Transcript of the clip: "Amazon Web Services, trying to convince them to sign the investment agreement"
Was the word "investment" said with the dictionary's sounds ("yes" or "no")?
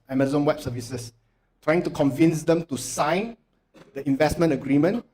yes